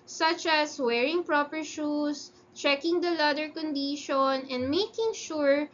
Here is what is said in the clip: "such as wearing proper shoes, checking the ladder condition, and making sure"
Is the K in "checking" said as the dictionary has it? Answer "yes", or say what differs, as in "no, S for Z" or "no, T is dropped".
yes